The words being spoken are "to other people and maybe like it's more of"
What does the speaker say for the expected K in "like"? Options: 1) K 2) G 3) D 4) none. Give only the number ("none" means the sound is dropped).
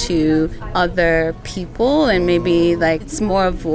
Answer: 4